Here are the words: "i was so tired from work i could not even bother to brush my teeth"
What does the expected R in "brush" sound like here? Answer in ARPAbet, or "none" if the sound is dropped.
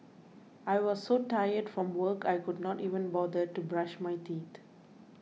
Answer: R